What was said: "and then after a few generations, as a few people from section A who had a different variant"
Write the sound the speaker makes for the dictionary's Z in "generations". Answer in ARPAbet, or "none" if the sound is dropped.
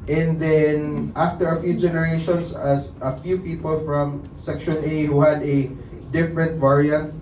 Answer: S